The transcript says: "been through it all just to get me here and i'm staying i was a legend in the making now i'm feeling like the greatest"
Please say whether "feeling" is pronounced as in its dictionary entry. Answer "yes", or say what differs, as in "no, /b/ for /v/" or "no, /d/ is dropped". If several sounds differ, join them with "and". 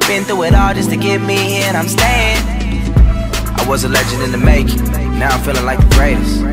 yes